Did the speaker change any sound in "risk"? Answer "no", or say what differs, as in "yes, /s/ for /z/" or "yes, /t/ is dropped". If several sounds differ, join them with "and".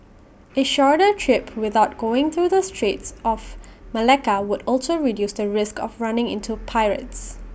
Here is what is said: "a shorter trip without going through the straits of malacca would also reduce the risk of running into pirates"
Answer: no